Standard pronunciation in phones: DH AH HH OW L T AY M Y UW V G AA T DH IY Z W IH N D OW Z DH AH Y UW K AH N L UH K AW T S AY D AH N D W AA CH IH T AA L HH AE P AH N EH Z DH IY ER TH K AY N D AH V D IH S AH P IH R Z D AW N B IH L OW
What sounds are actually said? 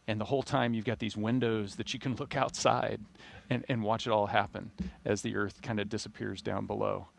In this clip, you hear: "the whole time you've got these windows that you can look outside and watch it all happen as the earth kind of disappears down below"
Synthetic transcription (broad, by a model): DH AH HH OW L T AY M Y UW V G AA T DH IY Z W IH N D OW Z DH AH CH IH K AH N L UH K AW T S AY D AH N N W AA CH IH T AA L HH AE P AH N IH Z DH IY ER TH K AY N D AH D IH S AH P IH R Z D AW N B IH L OW